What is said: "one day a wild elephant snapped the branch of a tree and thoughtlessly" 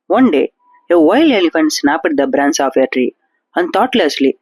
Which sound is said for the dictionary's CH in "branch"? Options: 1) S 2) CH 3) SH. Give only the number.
1